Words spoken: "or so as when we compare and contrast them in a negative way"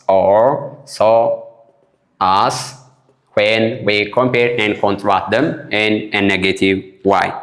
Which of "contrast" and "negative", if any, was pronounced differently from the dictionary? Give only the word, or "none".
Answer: contrast